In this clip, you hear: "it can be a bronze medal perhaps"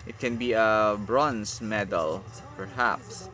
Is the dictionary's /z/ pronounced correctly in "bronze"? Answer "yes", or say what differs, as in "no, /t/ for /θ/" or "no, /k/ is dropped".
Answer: no, /s/ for /z/